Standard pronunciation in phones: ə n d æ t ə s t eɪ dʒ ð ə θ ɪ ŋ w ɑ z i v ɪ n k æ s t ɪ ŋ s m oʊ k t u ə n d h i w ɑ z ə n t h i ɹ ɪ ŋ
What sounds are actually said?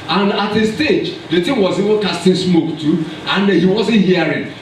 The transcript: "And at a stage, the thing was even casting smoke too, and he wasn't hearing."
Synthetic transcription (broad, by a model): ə n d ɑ t ə s t eɪ dʒ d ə t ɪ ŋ w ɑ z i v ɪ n k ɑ s t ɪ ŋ s m oʊ k t u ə n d h i w ɑ z ə n t h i ɹ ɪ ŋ